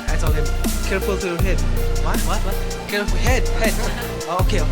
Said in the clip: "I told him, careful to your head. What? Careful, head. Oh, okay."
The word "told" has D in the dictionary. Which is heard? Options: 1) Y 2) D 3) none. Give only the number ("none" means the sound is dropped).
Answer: 3